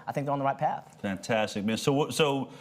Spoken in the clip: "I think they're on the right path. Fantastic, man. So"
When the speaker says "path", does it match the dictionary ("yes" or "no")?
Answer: yes